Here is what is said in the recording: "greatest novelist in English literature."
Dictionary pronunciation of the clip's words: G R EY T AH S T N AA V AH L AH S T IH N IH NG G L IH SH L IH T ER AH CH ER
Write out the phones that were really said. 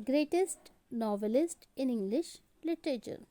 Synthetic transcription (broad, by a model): G R EY T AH S T N AA V AH L AH S T IH N IH NG G L IH SH L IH T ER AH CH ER